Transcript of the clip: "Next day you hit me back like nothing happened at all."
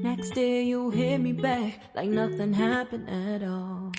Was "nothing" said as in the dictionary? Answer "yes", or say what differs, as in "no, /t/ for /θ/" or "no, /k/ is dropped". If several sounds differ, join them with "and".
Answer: yes